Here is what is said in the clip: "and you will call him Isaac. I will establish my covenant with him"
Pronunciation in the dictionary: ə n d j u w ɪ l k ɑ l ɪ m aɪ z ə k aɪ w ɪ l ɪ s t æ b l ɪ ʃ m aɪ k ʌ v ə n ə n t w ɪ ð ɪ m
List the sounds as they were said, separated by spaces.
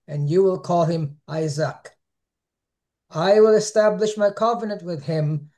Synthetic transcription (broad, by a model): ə n j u w ɪ l k ɑ l ɪ m aɪ z ə k aɪ w ɪ l ɪ s t æ b l ɪ ʃ m aɪ k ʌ v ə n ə n t w ɪ ð ɪ m